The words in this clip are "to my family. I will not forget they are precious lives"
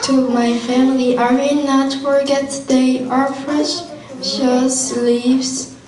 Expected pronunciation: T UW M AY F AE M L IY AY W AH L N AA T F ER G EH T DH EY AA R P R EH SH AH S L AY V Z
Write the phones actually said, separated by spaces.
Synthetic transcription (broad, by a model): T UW M AY F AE M L IY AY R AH N AA T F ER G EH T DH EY AA R F R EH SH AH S L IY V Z